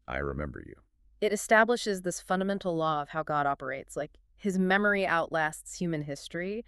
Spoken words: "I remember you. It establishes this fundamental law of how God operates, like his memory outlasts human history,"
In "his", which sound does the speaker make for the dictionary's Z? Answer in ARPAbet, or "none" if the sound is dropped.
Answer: Z